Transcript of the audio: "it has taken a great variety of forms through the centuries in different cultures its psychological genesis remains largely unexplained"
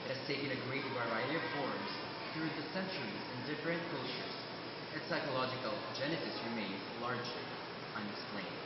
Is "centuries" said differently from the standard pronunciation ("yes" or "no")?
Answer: no